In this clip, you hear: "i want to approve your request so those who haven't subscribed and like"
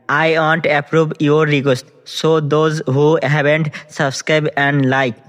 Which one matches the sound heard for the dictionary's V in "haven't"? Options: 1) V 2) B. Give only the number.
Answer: 2